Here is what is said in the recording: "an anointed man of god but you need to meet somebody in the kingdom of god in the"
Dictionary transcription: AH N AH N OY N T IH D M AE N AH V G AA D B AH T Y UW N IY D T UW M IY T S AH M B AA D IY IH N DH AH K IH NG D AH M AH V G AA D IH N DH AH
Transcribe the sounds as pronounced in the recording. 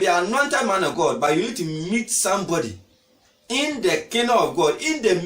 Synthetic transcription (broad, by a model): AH AH N OY N T IH D M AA N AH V G AA D B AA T Y UW N IY D T UW M IY T S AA M B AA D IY IH N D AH K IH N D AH AH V G AA D IH N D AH